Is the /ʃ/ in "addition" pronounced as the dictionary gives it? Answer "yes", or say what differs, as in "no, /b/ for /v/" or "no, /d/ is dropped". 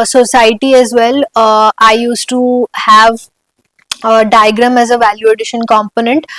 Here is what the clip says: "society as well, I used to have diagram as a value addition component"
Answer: yes